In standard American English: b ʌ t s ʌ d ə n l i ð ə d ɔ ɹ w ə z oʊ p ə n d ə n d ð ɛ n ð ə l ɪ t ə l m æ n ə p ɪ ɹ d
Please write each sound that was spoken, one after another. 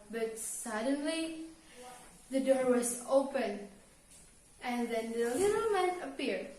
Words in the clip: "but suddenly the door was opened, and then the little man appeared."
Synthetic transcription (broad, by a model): b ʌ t s ʌ d ə n l i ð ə d ɔ ɹ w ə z oʊ p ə n ə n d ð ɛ n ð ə l ɪ t ə l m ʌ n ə p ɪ ɹ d